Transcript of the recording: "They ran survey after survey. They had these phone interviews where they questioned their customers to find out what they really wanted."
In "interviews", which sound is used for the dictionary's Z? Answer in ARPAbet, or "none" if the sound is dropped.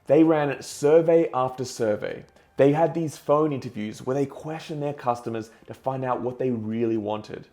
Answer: Z